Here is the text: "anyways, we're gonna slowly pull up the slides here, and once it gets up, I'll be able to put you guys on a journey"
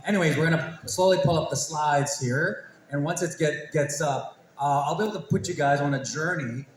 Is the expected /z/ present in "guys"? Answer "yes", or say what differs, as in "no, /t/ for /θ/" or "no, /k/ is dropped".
yes